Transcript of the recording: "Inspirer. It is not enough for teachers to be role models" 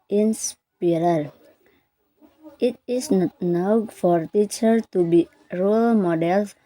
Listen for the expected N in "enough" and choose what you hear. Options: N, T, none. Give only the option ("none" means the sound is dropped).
none